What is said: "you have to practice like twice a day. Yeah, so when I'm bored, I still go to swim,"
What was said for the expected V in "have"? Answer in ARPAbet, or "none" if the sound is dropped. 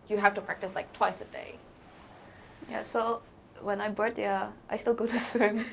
F